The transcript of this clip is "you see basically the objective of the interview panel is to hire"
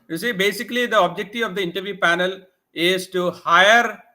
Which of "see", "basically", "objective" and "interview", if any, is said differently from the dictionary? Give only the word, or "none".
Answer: objective